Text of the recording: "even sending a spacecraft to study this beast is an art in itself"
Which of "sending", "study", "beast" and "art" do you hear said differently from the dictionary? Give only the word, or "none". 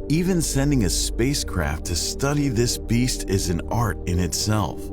none